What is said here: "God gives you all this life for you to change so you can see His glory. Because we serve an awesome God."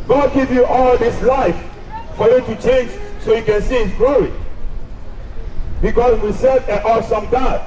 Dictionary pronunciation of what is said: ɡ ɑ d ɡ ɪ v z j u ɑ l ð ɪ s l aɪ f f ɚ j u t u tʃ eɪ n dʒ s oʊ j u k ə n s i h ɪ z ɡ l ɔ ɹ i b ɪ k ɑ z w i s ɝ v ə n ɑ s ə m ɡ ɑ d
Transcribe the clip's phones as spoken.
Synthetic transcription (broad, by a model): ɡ ɑ d ɡ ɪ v j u ɑ l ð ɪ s l aɪ f f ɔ j u t u tʃ eɪ n dʒ s oʊ j u k ə n s i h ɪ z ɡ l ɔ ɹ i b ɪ k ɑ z w i s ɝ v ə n ɑ s ə m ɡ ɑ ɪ